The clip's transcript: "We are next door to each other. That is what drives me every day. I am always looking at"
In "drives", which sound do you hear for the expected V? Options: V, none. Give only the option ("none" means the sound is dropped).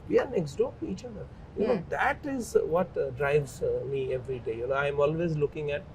V